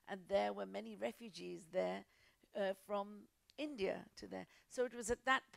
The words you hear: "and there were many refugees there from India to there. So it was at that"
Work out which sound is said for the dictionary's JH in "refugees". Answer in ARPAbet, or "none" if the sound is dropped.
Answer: JH